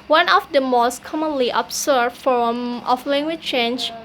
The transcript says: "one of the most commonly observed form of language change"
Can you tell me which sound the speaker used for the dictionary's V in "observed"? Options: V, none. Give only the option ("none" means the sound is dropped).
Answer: none